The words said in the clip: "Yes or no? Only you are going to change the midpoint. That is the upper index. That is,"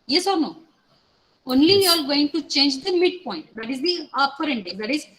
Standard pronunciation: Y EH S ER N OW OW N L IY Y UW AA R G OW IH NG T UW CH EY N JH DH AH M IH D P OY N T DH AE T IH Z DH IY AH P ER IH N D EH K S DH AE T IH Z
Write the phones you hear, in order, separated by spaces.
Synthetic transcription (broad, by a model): Y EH S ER N OW OW N L IY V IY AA L G OW IH NG T UW CH EY N JH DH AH M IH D P OY N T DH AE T IH Z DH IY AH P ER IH N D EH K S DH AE T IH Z